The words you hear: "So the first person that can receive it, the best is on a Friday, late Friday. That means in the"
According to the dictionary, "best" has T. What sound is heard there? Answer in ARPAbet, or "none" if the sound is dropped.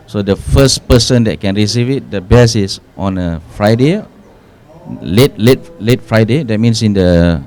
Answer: none